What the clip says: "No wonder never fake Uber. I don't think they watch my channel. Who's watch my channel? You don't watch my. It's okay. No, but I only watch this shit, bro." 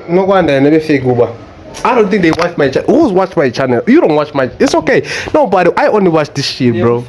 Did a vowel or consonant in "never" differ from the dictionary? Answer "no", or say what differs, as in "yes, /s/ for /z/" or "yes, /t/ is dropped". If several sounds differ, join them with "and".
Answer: yes, /b/ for /v/